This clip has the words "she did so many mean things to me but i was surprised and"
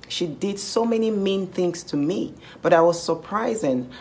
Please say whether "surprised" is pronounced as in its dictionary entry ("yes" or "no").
no